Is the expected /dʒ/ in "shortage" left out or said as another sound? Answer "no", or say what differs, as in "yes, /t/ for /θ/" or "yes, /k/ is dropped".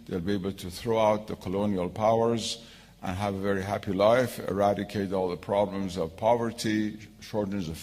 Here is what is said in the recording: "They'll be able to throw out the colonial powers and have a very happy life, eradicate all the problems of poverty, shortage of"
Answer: yes, /z/ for /dʒ/